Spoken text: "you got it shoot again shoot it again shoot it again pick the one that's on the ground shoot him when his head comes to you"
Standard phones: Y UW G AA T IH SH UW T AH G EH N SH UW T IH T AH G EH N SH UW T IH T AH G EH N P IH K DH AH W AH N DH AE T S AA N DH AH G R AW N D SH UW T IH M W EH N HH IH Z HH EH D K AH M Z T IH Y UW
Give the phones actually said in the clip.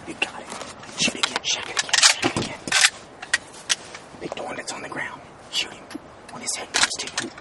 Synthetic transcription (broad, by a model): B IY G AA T IH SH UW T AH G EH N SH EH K IH T AH G EH N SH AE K IH T AH G EH N B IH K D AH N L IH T S N DH AH G R AW N D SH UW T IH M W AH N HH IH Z HH EH D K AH Z T IH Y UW